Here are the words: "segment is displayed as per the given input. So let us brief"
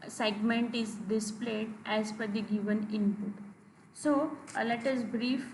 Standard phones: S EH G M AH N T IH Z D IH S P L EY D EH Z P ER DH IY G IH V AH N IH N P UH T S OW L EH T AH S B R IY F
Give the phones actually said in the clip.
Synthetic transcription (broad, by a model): S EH G M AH N T IH Z D IH S P L EY D EH Z F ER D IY G IH V AH N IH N P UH T S OW L EH T AH S B R IY F